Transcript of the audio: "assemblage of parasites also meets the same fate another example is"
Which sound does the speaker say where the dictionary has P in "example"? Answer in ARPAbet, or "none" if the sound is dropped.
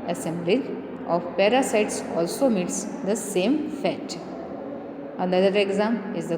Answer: none